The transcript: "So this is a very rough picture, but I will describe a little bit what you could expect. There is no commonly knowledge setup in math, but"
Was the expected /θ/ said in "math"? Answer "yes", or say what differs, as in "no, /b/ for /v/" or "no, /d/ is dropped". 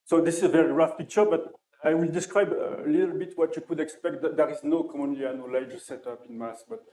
no, /s/ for /θ/